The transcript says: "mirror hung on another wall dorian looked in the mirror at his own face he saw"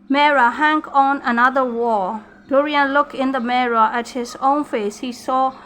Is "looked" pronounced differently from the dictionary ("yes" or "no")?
yes